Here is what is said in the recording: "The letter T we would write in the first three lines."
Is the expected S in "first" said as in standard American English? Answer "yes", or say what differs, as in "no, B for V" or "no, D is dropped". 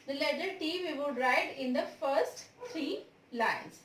yes